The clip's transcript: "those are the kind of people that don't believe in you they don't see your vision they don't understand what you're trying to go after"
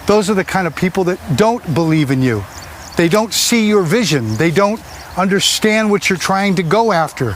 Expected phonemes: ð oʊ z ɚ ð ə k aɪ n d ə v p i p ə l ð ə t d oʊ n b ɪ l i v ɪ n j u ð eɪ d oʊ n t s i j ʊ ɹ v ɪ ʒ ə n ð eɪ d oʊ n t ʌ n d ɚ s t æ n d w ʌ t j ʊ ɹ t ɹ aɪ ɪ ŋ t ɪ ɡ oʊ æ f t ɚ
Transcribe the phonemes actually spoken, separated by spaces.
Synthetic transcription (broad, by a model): ð oʊ z ɚ ð ə k aɪ n d ə v p i p l ð ə t d oʊ n b ɪ l i v ɪ n j u ð eɪ d oʊ n t s i j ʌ ɹ v ɪ ʒ ə n ð eɪ d oʊ n t ʌ n d ɚ s t æ n d w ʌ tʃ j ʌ ɹ t ɹ aɪ ɪ ŋ t ɪ ɡ oʊ æ f t ɚ